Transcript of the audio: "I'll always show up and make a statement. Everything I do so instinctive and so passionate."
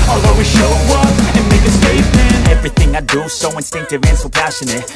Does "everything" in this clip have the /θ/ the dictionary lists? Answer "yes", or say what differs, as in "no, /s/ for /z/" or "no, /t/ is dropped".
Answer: yes